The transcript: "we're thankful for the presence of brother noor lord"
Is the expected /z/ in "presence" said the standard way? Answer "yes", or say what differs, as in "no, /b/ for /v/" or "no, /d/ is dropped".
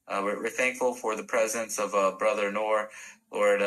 yes